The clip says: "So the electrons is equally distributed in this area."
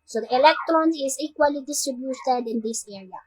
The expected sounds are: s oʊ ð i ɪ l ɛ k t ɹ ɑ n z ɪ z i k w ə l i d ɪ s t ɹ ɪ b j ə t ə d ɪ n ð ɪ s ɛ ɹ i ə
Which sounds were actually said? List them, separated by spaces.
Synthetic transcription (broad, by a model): s oʊ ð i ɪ l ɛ k t ɹ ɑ n ɪ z i k w ə l i d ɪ s t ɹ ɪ b j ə t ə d ɪ n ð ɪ s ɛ ɹ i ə